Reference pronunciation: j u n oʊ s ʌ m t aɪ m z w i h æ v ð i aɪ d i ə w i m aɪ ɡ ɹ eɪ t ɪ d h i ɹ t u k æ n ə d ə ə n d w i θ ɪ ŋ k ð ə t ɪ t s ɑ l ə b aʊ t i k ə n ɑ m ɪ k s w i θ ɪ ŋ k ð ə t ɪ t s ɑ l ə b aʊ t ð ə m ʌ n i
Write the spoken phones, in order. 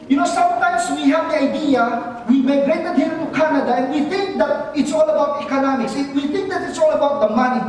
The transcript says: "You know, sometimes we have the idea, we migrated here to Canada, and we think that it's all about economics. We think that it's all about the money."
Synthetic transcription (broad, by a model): j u n oʊ s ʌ m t aɪ m s w i h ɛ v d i aɪ d i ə w i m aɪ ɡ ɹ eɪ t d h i l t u k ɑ n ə d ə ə n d w i t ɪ ŋ k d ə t ɪ t s ɑ l ə b aʊ t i k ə n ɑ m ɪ k s w i t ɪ ŋ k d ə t ɪ t s ɑ l ə b aʊ t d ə m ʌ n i